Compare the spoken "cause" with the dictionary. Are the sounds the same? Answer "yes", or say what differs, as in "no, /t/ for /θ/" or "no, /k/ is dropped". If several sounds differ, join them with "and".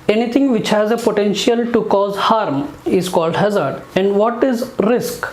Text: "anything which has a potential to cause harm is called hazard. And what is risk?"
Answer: yes